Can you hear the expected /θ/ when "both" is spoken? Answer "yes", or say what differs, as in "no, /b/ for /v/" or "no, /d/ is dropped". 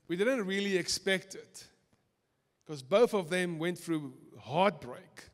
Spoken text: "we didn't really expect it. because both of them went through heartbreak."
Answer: yes